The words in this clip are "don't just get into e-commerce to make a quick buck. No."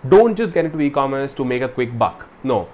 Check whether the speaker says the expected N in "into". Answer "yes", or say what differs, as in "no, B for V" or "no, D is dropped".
no, N is dropped